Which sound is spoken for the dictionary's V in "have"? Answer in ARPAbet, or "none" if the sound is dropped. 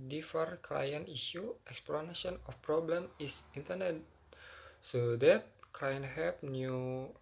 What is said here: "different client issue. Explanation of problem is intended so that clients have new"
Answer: P